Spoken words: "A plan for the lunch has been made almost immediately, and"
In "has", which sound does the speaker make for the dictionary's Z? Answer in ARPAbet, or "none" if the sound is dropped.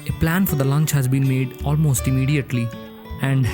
Z